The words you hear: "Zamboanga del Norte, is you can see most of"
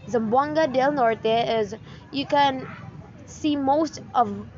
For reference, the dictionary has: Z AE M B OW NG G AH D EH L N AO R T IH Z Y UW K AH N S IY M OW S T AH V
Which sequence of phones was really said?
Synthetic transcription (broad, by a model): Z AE M B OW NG G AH D EH L N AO R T IH Z Y UW K AH N S IY M OW S T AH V